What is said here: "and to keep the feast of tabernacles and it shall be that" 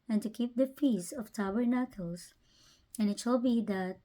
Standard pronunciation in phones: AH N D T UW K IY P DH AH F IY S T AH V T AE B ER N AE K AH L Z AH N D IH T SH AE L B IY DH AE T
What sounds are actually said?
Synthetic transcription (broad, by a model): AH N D T UW K IY P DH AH F IY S AH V T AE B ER N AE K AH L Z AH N IH T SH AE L B IY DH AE T